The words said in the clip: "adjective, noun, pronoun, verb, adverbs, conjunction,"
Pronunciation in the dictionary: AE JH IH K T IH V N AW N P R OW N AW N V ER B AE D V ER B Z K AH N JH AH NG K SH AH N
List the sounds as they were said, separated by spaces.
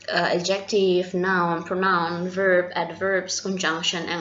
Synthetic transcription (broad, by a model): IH JH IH K T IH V N AW N P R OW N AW N V ER B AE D V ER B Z K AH N JH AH NG K SH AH N